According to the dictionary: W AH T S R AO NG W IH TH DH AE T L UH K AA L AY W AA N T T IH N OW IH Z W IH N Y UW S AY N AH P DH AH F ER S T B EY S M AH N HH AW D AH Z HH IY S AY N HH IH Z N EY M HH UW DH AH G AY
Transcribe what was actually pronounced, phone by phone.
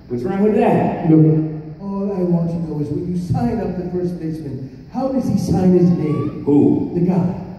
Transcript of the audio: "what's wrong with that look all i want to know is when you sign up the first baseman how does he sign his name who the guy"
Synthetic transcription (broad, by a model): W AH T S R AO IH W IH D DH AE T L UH AA L AY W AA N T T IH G OW IH Z W IH N Y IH S AY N AH P DH AH F ER S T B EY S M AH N HH AW D AH Z IY S AY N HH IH Z N EY M HH UW DH AH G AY